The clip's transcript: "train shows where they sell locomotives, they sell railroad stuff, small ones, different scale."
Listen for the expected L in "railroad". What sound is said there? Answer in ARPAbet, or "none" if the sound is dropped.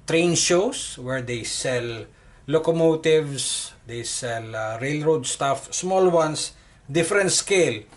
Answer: L